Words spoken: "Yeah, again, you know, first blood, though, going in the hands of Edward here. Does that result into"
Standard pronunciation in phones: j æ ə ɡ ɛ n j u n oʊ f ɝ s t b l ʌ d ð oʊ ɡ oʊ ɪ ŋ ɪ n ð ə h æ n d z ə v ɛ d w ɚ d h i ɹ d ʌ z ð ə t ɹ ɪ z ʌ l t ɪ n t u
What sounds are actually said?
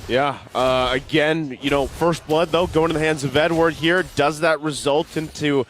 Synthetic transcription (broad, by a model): j æ ə ɡ ɛ n j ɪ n oʊ f ɝ s t b l ʌ d ð oʊ ɡ oʊ ɪ ŋ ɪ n ð ə h æ n d z ə v ɛ d w ɚ d h i ɹ d ʌ z ð ə t ɹ ɪ z ʌ l t ɪ n t u